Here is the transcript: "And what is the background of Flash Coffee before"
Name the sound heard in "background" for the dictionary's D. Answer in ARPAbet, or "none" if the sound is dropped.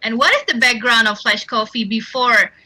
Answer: D